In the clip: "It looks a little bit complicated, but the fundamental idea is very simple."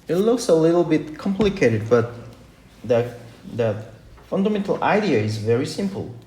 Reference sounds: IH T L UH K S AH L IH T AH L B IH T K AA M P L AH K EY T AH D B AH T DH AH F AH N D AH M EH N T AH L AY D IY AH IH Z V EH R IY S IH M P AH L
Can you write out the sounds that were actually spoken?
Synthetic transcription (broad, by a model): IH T L UH K S AH L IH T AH L B IH T K AA M P L AH K EY T AH D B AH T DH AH F AH N D AH M EH N T AH L AY D IY AH IH Z V EH R IY S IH M P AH L